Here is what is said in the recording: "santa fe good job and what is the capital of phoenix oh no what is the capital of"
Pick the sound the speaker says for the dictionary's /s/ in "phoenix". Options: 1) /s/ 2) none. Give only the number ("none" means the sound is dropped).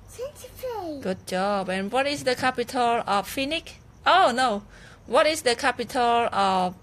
2